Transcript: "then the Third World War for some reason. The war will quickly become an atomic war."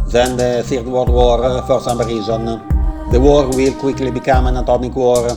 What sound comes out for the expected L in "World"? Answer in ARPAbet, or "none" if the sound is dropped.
W